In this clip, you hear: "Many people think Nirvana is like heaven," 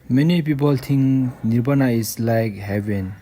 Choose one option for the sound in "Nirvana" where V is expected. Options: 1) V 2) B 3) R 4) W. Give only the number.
2